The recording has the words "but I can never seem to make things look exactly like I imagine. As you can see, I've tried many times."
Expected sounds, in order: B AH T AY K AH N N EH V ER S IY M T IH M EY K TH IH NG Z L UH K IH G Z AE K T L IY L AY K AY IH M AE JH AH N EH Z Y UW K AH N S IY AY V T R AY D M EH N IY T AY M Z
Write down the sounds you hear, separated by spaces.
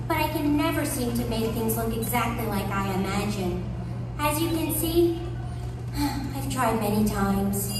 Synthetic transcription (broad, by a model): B AH T AY K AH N N EH V ER S IY M T IH M EY K TH IH NG Z L UH K IH G Z AE K T L IY L AY K AY IH M AE JH AH N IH Z Y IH K AH N S IY AY V T R AY D M EH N IY T AY M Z